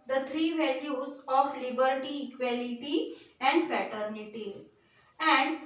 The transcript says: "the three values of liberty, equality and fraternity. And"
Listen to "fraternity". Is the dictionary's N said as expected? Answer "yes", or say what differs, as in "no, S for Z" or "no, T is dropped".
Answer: yes